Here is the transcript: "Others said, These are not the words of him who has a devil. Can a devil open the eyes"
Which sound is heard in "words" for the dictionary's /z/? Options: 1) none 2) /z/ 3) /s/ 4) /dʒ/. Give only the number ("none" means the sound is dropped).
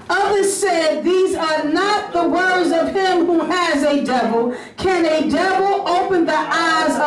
2